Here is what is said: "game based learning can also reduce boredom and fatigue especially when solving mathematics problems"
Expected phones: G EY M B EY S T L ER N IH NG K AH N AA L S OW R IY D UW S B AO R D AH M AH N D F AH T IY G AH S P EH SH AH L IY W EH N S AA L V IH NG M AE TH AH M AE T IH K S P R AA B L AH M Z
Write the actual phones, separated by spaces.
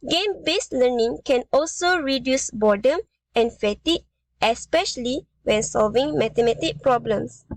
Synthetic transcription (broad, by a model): G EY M B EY S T L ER N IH NG K AH N AA L S OW R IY D UW S B AO D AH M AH N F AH T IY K AH S P EH SH AH L IY W EH N S AA L V IH NG M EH T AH M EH T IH K P R AA B L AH M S